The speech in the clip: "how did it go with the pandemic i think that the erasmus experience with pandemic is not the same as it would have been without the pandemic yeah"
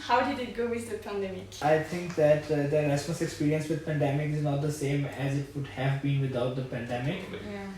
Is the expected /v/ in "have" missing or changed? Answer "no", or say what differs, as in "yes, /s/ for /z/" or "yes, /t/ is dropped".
no